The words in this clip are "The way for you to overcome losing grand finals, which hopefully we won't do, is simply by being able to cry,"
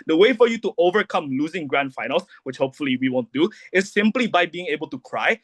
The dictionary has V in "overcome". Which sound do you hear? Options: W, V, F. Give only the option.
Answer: V